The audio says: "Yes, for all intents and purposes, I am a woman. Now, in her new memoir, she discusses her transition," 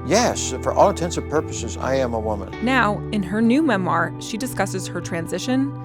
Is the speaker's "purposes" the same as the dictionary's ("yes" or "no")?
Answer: yes